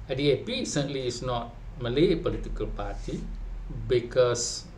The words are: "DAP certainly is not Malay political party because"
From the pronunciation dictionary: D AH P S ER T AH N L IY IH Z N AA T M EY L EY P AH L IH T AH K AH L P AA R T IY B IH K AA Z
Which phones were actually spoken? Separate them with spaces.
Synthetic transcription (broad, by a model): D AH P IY S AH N L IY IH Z N AA T M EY L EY P AH L IH T AH K AH L P AA R T IY B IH K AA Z